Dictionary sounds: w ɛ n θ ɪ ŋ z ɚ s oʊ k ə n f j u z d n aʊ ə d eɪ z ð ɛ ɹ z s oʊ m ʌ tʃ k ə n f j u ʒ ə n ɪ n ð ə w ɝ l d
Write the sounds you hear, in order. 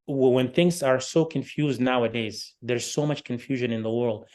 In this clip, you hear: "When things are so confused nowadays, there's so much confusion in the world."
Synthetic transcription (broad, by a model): w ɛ n θ ɪ ŋ z ɚ s oʊ k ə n f j u z d n aʊ ə d eɪ z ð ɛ ɹ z s oʊ m ʌ tʃ k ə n f j u ʒ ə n ɪ n ð ə w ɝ l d